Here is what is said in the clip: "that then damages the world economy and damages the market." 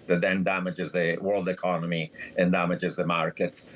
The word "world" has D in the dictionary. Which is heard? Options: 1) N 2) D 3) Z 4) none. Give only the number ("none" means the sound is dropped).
2